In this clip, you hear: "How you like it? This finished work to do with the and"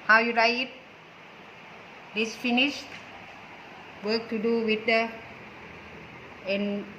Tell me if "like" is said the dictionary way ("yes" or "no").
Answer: no